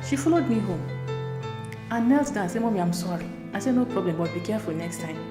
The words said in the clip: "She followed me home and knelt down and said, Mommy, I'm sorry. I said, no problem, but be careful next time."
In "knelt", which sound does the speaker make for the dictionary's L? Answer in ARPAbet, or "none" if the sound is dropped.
L